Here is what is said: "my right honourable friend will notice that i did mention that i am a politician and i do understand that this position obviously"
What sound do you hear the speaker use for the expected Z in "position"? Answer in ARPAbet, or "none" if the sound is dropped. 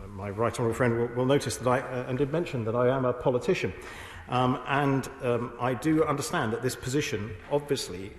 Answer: Z